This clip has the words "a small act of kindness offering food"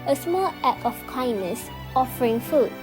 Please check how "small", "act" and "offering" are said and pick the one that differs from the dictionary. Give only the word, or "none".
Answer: act